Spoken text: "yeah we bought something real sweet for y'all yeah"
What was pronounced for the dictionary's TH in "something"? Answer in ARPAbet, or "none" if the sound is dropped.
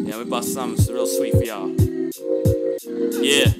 S